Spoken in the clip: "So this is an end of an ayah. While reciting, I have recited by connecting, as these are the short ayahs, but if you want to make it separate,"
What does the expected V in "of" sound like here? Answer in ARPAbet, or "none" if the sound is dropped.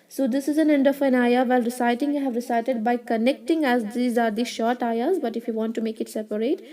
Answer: F